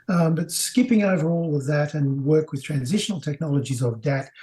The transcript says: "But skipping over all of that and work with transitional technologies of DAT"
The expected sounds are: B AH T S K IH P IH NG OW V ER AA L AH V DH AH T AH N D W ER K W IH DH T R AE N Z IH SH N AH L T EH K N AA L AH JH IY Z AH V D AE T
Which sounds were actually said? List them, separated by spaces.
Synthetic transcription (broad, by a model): B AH T S K IH P IH NG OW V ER AA L AH V DH AH T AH N W ER K W IH DH T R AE N Z IH SH N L T EH K N AA L AH JH IY Z AH V D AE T